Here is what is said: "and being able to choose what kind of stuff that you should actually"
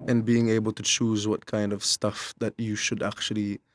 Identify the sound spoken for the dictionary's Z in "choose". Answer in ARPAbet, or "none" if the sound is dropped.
Z